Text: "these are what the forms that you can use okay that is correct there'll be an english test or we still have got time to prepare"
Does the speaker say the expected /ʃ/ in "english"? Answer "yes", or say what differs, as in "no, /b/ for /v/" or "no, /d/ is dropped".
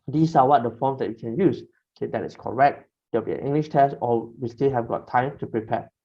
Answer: yes